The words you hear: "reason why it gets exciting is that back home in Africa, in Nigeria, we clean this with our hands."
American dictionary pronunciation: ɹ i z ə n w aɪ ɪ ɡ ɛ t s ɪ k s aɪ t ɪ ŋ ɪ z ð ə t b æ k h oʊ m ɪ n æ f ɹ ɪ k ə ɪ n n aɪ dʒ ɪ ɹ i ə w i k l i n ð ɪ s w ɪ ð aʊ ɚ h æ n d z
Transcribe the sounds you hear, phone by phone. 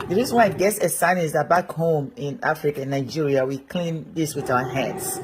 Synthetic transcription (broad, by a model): ɹ i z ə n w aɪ ɪ ɡ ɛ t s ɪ s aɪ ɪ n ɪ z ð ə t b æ k h oʊ m ɪ n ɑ f ɹ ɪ k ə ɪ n n aɪ dʒ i ɹ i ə w i k l i n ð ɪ s w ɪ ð aʊ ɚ h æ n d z